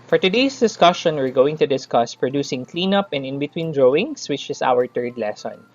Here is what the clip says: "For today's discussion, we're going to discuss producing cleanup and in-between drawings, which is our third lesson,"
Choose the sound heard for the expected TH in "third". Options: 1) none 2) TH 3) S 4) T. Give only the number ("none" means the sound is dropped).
4